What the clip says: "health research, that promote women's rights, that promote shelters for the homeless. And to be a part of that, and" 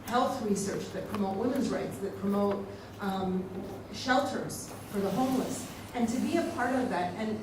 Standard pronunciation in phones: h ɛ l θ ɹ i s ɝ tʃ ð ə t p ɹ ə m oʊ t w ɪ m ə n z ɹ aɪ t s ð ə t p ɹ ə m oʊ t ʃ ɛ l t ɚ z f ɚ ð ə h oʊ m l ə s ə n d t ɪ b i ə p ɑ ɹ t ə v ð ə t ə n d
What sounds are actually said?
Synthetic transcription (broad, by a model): h ɛ l θ ɹ i s ɝ tʃ ð ə t p ɹ ə m oʊ t w ɪ m ə n z ɹ aɪ t s ð ə t p ɹ ə m oʊ t ʃ ɛ l t ɚ z f ɚ ð ə h oʊ m l ə s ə n t ɪ b i ə p ɑ ɹ t ə v ð ə t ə n